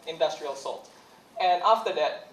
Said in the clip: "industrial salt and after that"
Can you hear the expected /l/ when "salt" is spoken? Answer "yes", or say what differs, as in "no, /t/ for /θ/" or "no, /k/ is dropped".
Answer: yes